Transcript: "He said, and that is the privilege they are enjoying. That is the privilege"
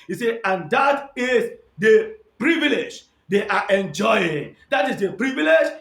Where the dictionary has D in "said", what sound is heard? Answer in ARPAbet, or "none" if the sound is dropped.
none